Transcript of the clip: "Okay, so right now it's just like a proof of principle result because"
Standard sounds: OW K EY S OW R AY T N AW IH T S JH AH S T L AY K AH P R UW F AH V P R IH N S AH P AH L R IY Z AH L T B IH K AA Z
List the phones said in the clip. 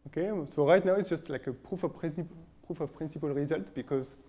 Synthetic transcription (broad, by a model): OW K EY S OW R AY T N AW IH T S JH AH S T L AY K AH P R UW F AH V P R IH N S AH P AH L R IY Z AH L T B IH K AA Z